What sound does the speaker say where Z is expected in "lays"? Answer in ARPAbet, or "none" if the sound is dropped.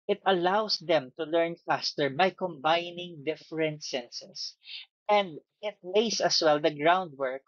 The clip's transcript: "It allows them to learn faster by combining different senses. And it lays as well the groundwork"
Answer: S